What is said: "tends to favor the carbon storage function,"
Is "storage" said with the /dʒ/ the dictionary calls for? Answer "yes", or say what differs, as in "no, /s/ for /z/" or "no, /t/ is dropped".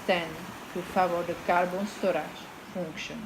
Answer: no, /ʒ/ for /dʒ/